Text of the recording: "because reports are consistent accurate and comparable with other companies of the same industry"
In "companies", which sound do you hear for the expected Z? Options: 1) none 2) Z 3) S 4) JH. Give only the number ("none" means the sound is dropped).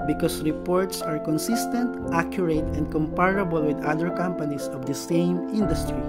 3